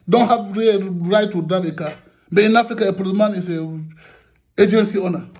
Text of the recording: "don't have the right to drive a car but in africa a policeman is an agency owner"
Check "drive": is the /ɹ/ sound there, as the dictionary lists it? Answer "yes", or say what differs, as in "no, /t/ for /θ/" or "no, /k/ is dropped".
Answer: no, /ɹ/ is dropped